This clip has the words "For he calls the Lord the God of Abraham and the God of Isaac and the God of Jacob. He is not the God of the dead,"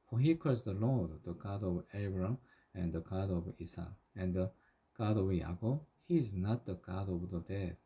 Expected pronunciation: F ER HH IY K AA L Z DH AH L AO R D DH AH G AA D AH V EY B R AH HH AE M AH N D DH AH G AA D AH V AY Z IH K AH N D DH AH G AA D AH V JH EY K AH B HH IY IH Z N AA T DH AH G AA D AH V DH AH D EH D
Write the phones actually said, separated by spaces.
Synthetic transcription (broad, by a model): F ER HH IY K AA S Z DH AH L AO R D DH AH G AA D AH V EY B R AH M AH N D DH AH G AA D AH V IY S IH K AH N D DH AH G AA D AH V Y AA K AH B HH IY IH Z N AA T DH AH G AA D AH V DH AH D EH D